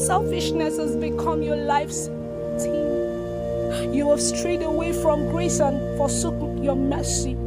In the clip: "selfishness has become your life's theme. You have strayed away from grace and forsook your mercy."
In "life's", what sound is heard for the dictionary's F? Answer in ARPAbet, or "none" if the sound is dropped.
F